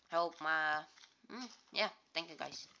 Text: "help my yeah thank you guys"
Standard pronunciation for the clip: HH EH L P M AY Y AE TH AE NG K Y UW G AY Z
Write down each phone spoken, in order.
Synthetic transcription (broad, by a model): HH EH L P M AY Y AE T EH NG K Y UW G AY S